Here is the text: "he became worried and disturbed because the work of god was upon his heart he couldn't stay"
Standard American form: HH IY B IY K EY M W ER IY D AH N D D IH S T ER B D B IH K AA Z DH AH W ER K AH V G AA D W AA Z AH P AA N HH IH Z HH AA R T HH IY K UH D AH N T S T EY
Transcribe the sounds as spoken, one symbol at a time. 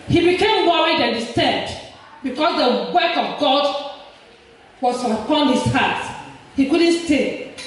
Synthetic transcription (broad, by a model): HH IY B IY K EY M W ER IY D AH N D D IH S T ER D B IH K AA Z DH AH W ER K AH V G AA D W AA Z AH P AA N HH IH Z HH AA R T HH IY K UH D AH N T S T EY